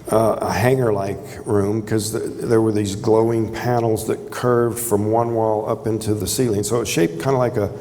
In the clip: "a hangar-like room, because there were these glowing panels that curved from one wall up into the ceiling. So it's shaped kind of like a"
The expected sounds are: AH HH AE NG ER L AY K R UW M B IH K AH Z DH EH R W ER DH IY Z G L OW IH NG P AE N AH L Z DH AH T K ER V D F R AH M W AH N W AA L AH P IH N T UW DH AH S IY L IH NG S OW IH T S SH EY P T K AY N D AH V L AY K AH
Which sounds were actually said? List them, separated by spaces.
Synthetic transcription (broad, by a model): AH HH AE NG ER L AY K R UW M K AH Z DH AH R W ER DH IY Z G L OW IH NG P AE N L Z DH AH T K ER V D F R AH M W AH N W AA L AH P IH N T UW DH AH S IY L IH NG S OW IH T SH EY P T K AY N D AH L AY K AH